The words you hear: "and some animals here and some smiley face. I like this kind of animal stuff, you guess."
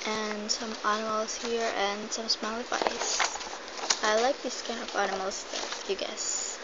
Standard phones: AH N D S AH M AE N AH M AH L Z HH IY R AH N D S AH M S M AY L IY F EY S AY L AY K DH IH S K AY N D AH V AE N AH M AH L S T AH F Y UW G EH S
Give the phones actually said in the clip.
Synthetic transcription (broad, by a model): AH N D S AH M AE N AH M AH L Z HH IY R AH N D S AH M S M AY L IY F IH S AY L AY K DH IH S K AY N AH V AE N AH M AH L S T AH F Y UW G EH S